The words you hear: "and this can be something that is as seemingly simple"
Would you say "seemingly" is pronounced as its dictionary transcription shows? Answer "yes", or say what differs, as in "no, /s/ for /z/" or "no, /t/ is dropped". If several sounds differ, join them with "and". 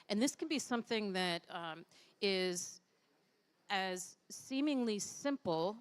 yes